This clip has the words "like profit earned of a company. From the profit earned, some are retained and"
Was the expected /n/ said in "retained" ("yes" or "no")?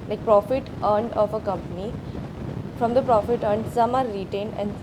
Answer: yes